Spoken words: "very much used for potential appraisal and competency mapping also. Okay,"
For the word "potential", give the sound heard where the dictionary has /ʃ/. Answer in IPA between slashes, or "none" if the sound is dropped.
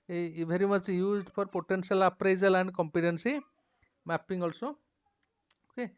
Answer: /s/